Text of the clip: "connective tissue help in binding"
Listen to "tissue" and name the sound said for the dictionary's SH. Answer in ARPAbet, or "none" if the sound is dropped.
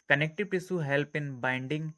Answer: S